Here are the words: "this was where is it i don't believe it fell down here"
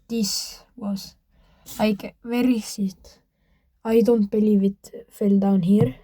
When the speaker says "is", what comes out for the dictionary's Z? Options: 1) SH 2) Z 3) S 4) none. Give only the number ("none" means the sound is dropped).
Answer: 3